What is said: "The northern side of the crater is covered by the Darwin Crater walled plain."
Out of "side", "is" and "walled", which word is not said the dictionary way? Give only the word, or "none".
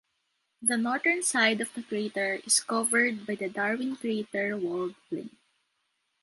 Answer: is